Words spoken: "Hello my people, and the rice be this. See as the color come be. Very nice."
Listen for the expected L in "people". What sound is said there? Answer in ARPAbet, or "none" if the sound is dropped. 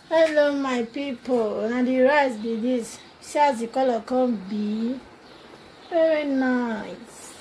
N